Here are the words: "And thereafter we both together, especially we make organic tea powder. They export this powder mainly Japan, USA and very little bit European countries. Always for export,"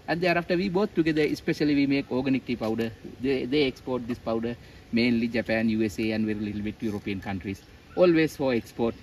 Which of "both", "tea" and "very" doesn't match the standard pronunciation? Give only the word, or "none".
both